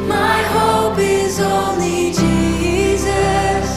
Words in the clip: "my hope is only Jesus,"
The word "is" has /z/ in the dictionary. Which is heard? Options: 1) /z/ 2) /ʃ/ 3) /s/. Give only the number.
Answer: 1